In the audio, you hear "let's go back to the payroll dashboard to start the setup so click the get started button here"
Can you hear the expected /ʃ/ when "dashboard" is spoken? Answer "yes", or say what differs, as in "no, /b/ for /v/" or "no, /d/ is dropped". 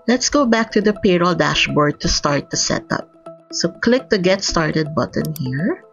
yes